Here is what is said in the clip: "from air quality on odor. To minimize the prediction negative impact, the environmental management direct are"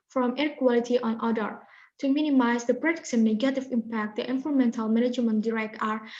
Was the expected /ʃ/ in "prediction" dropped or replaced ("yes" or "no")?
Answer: yes